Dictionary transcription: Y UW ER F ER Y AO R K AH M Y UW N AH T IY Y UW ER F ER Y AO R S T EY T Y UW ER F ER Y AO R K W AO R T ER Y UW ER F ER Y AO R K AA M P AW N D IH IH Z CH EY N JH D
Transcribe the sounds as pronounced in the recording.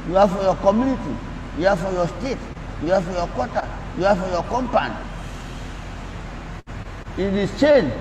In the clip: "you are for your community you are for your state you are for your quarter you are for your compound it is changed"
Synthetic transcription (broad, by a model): Y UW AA F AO Y AO K AH M Y UW N AH T IY Y UW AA F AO Y AO S T EY T Y UW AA F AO Y AO K W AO T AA Y UW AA F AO Y AO K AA M P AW N IH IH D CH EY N